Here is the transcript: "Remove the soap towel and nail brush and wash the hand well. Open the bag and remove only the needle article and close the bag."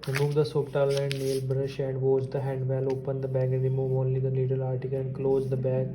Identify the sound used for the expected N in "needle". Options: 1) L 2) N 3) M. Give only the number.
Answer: 1